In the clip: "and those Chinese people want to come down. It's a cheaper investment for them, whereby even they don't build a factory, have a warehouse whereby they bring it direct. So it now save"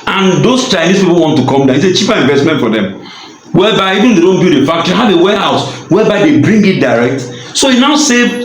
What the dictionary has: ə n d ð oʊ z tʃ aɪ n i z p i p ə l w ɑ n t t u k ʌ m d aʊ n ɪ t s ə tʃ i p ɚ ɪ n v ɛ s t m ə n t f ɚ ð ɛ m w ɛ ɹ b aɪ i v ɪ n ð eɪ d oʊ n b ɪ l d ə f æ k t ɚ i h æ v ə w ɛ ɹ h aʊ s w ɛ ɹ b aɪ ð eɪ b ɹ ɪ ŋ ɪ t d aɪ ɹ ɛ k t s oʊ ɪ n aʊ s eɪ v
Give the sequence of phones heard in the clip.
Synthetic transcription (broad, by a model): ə n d oʊ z tʃ aɪ n i s p i p ə l w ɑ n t t u k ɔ m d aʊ ɪ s ə tʃ i p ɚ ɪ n v ɛ s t m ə n t f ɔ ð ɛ m w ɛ b aɪ i v ɪ n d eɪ d oʊ n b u d ə f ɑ k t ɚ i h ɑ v ə w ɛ h aʊ s w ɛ b aɪ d eɪ b ɹ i ŋ ɪ t d aɪ ɹ ɛ k t s oʊ ɪ n aʊ s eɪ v